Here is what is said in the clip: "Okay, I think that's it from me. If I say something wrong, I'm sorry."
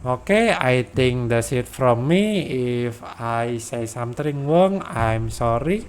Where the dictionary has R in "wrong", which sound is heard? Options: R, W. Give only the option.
W